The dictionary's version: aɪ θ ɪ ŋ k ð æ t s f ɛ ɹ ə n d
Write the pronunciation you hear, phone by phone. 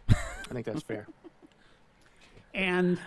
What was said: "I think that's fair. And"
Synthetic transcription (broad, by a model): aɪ θ ɪ ŋ k ð æ t s f ɛ ɹ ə n